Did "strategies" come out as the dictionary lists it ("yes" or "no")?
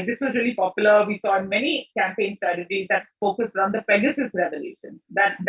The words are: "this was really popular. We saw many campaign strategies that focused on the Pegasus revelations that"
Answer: yes